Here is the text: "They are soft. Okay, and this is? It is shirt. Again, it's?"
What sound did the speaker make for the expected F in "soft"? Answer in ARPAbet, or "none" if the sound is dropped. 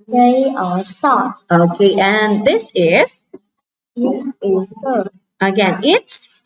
none